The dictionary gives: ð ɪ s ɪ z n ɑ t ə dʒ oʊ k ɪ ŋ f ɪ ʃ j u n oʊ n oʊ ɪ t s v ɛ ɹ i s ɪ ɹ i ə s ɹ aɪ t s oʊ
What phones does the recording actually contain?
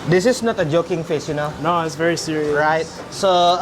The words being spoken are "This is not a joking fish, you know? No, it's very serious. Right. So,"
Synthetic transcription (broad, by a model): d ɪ s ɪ s n ɑ t ə dʒ oʊ k ɪ ŋ f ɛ s j u n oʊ n oʊ ɪ t s v ɛ ɹ i s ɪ ɹ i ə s ɹ aɪ t s oʊ